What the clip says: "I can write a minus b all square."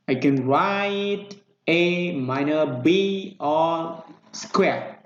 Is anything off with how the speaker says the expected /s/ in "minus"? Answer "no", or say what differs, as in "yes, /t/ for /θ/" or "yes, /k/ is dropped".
yes, /s/ is dropped